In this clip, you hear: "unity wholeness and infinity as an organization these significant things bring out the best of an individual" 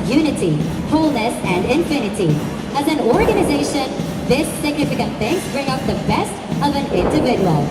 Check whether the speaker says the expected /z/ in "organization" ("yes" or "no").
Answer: yes